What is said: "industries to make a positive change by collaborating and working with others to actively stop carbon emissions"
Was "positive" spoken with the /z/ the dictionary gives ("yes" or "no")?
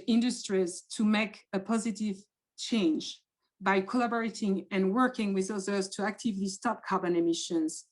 yes